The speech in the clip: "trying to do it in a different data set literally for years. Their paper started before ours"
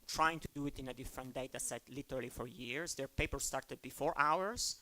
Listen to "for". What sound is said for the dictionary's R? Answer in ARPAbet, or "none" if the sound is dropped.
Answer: R